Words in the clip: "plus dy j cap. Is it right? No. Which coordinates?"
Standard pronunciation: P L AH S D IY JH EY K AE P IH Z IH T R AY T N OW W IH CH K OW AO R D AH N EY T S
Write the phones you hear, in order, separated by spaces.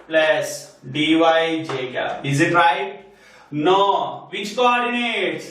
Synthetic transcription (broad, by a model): P L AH S D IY JH EY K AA IH Z IH T R AY T N OW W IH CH K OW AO R D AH N EY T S